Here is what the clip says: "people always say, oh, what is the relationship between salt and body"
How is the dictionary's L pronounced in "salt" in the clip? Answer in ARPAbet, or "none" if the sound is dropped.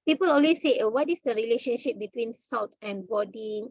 L